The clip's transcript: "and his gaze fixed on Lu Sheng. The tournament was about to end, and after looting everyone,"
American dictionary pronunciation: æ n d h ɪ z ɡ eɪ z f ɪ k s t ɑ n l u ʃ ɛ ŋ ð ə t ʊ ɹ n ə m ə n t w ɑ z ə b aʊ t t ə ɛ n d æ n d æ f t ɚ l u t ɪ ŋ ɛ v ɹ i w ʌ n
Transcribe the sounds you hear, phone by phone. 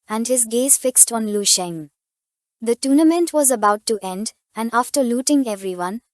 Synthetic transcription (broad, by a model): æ n d h ɪ z ɡ eɪ z f ɪ k s t ɑ n l u ʃ ɛ ŋ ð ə t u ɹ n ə m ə n t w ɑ z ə b aʊ t t ɛ n d æ n d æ f t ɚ l u t ɪ ŋ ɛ v ɹ i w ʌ n